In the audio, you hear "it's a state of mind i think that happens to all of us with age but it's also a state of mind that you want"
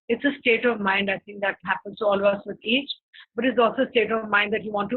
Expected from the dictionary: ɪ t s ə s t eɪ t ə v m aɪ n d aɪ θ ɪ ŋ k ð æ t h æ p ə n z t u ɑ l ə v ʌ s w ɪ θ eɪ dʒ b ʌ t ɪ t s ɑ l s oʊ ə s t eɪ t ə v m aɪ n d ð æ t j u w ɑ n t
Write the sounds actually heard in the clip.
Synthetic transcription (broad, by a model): ɪ t s ə s t eɪ t ə v m aɪ n d aɪ t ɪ ŋ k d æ t h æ p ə n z t u ɑ l ə v ʌ s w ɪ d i tʃ b ʌ t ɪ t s ɑ l s oʊ ə s t eɪ t ə v m aɪ n d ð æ t j u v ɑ n t